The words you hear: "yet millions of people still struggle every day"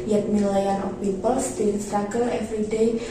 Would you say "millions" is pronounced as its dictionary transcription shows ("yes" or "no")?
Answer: no